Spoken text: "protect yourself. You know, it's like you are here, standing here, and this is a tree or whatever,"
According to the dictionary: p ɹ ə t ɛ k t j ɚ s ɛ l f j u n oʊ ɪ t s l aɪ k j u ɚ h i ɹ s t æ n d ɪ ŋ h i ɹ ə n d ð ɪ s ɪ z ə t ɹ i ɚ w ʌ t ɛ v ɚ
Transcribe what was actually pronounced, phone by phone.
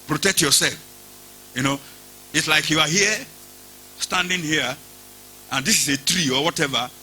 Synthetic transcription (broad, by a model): p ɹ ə t ɛ k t j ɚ s ɛ l f j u n oʊ ɪ t s l aɪ k j u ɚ h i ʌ s t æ n d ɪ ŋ h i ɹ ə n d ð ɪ s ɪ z ə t ɹ i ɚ w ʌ t ɛ v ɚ